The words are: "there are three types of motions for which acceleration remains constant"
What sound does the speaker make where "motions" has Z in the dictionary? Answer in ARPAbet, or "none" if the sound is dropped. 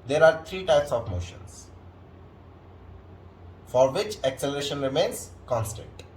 S